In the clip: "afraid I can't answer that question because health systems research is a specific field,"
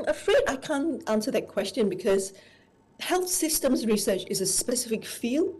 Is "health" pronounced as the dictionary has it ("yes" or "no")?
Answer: yes